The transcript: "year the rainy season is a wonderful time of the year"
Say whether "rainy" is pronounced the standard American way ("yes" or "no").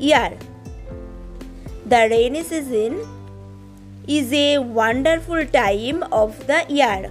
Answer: yes